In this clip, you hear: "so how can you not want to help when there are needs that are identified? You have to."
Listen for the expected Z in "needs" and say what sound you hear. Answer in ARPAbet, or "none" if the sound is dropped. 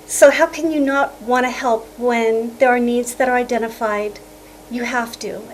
Z